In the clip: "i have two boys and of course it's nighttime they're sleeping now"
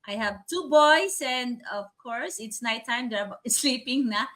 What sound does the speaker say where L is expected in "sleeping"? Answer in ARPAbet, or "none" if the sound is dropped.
L